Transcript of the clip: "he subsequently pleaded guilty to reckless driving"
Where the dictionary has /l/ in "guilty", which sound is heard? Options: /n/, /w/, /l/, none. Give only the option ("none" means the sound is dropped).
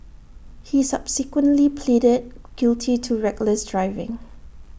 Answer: /l/